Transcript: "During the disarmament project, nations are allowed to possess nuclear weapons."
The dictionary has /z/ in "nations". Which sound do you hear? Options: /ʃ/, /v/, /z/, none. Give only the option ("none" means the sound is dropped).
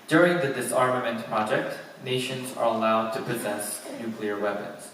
/z/